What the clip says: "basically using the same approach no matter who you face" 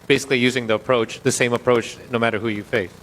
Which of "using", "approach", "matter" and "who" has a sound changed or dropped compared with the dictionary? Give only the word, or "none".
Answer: none